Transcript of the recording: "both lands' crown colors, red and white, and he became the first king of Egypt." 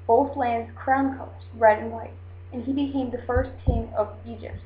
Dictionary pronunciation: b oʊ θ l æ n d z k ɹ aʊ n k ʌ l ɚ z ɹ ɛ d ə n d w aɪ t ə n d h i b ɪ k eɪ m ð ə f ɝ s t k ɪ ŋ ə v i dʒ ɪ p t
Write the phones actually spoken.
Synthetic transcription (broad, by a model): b oʊ θ l æ n d z k ɹ aʊ n k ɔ ʊ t ɹ ɛ d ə n w aɪ t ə n i b ɪ k eɪ m ð ə f ɝ s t k ɪ ŋ ə v i dʒ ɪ p t